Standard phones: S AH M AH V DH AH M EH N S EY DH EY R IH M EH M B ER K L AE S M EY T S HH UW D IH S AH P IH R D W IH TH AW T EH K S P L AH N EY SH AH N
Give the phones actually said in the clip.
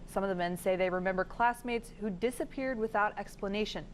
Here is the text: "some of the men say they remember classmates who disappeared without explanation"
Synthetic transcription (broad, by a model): S AH M AH V DH AH M EH N S EY DH EY R IH M EH M B ER K L AE S M EY T S HH UW D IH S AH P IH R D W IH TH AW T EH K S P L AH N EY SH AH N